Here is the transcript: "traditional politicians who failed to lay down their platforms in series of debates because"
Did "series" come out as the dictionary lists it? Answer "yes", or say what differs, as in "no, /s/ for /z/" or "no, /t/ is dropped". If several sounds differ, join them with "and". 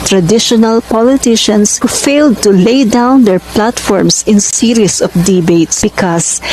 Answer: no, /s/ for /z/